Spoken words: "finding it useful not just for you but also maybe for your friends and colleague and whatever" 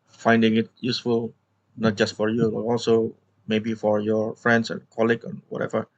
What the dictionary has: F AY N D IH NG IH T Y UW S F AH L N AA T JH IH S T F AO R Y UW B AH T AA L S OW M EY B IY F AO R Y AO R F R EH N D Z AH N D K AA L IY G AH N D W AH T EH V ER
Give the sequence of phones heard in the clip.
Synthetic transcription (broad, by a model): F AY N D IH NG IH T Y UW S F AH L N AA T JH IH S T F AO R Y UW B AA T AA L S OW M EY B IY F AO R Y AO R F R EH N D S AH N K AA L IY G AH N W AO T EH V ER